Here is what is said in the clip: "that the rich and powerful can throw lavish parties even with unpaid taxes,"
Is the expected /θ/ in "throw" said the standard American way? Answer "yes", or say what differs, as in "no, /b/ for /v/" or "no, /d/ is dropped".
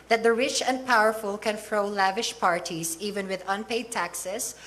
no, /f/ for /θ/